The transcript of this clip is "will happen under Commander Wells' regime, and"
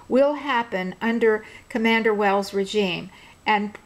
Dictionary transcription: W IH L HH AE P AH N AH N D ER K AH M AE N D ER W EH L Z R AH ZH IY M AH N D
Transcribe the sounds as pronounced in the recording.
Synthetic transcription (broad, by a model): W IH L HH AE P AH N AH N D ER K AH M AE N D ER W EH L Z R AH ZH IY M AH N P